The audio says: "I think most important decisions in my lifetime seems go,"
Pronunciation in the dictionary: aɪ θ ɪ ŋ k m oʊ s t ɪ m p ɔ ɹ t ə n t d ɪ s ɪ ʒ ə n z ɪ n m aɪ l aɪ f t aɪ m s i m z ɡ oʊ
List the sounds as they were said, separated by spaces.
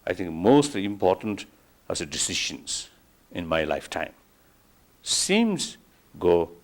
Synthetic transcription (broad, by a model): aɪ t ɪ ŋ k m oʊ s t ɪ m p ɔ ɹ t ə n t d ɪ s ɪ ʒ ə n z ɪ n m aɪ l aɪ f t aɪ m s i m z ɡ oʊ